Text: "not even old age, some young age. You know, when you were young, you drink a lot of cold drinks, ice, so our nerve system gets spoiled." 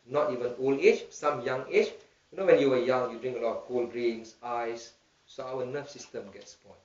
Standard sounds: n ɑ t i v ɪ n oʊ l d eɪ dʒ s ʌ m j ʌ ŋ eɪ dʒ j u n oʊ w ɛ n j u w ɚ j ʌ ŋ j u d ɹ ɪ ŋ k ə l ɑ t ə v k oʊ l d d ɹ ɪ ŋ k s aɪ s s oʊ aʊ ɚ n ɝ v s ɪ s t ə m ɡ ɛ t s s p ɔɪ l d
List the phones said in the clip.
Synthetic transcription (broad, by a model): n ɑ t i v ɪ n oʊ l d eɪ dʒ s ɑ m j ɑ ŋ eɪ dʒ j u n oʊ w ɛ n j u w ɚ j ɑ ŋ j u d ɹ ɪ ŋ k ə l ɑ t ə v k oʊ l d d ɹ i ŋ s aɪ s s oʊ aʊ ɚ n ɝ f s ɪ s t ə m ɡ ɛ t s s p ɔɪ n